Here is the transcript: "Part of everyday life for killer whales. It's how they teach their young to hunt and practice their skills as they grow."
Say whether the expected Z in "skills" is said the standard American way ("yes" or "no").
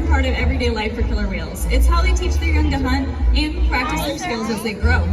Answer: yes